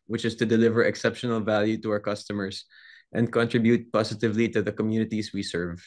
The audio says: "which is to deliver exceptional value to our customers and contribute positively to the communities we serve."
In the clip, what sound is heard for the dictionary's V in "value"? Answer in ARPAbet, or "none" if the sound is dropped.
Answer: V